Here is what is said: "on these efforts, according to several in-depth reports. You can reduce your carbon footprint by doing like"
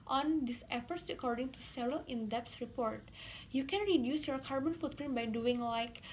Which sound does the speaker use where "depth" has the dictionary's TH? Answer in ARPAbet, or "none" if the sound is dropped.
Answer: S